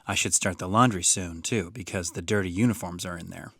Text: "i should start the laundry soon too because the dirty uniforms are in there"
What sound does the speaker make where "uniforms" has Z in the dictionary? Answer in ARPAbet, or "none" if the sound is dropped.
Z